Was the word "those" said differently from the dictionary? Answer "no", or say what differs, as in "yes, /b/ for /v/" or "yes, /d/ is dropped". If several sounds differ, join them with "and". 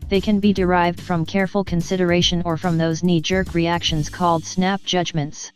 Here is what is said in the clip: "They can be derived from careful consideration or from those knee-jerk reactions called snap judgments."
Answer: no